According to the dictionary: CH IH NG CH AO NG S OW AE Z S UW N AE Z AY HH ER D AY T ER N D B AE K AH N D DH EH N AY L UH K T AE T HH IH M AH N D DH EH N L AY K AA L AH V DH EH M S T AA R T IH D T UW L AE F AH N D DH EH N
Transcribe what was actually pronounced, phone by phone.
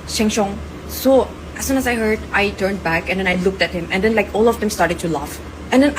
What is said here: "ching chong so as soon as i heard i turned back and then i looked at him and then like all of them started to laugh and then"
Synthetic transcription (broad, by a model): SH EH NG SH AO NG S OW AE S UW N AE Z AY HH ER D AY T ER N D B AE K AH N D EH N AY L UH K T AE T HH IH M AH N D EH N L AY K AA L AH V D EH M S T AA R T IH D T UW L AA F AH N D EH N